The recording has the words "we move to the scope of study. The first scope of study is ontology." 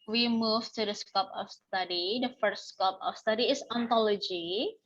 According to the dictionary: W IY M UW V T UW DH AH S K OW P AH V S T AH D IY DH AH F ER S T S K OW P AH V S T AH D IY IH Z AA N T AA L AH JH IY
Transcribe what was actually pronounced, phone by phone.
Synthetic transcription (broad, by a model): W IY M UW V T UW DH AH S K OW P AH F S T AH D IY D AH F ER T S K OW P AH F S T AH D IY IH S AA N T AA L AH JH IY